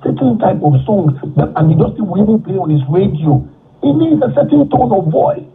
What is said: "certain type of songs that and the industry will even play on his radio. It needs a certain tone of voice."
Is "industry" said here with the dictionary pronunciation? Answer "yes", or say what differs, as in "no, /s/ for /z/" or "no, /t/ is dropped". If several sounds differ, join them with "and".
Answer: no, /ɹ/ is dropped